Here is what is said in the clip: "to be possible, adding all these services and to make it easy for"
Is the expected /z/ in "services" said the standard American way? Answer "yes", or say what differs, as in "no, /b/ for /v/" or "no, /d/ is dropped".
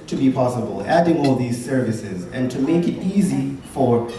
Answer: yes